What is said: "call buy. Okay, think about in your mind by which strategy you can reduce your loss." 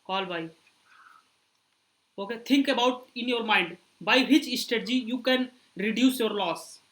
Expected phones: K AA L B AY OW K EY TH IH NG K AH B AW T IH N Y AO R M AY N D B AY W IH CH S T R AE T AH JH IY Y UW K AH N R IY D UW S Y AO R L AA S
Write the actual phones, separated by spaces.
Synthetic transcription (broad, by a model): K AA L B AY OW K EY T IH NG K AH B AW T IH N Y AO R M AY N D B AY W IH CH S T EH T JH IY Y UW K AH N R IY D UW S Y AO R L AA S